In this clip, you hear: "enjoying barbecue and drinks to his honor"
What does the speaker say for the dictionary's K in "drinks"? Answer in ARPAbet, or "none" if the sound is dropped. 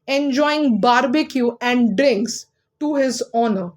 K